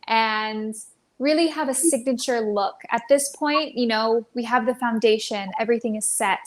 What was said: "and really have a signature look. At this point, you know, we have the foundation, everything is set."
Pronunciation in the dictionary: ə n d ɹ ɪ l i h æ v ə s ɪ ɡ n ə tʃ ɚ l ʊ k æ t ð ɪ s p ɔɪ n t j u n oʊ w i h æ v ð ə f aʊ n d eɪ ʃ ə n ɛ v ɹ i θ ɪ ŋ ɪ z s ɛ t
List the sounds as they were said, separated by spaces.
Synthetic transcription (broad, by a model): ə n ɹ ɪ l i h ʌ v ə s ɪ ɡ n ə tʃ ɚ l ʊ k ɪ t ð ɪ s p ɔɪ n t j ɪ n oʊ w i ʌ v ð ə f aʊ n d eɪ ʃ ə n ɛ v ɹ i θ ɪ ŋ ɪ z s ɛ t